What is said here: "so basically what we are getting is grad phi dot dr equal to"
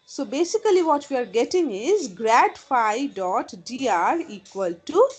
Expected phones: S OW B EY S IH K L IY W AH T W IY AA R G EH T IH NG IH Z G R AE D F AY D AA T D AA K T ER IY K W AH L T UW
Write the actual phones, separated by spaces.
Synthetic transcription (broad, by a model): S OW B EY S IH K L IY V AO T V IY AA R G EH T IH NG IH Z G R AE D F AY D AA T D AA T IY K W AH L T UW